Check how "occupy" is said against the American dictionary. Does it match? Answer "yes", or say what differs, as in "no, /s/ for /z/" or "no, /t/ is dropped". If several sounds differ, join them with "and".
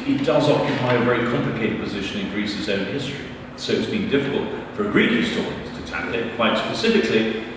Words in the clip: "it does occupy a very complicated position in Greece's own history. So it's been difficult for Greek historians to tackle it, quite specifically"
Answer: yes